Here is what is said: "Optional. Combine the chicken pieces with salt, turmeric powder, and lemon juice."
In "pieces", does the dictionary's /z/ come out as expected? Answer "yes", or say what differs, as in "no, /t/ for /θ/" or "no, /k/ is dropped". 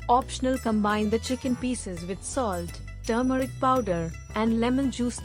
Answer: yes